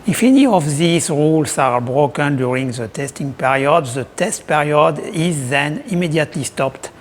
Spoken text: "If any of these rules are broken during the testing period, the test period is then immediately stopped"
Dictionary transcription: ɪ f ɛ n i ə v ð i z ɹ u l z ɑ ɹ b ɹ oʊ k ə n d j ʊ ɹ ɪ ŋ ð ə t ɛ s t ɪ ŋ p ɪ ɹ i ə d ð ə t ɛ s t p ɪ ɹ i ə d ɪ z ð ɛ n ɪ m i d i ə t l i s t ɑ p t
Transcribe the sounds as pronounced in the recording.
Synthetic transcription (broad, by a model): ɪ f ɛ n i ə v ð i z ɹ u l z ɑ ɹ b ɹ oʊ k ə n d j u ɹ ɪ ŋ ð ə t ɛ s t ɪ ŋ p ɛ ɹ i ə d ð ə t ɛ s t p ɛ ɹ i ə d ɪ z ð ɛ n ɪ m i d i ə t l i s t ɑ p t